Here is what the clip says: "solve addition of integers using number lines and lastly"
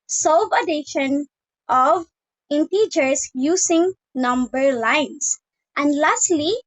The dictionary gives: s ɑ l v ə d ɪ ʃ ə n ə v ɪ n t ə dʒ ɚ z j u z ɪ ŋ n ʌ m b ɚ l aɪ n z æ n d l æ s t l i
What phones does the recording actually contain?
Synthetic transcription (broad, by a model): s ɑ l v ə d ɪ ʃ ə n ə v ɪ n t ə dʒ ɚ s j u s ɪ ŋ n ʌ m b ɚ l aɪ n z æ n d l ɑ s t l i